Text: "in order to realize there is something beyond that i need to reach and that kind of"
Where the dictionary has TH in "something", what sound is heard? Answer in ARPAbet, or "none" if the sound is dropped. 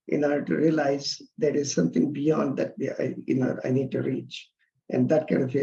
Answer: T